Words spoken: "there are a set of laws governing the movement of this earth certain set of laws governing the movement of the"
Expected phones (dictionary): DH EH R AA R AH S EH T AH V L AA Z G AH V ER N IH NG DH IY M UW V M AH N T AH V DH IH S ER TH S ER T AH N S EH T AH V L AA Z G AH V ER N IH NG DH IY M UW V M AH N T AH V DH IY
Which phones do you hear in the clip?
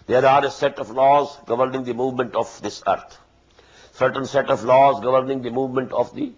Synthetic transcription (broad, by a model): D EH R AA R AH S EH T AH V L AA Z G AH V ER N IH NG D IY M UW V M AH N T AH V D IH S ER T S ER T AH N S EH T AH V L AA Z G AH V ER N IH NG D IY M UW V M AH N T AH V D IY